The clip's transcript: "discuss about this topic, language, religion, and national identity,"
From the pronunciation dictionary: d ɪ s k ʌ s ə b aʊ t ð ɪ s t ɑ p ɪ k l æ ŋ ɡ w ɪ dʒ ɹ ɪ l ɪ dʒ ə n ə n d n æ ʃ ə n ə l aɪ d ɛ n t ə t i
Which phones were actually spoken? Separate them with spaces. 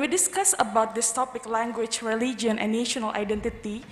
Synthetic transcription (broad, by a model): d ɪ s k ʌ s ə b aʊ t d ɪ s t ɑ p ɪ k l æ ŋ ɡ w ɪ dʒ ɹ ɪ l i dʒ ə ə n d n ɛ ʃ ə n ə l aɪ d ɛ n t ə t i